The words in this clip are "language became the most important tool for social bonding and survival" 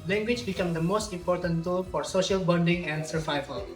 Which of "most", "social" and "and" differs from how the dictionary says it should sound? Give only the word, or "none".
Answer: none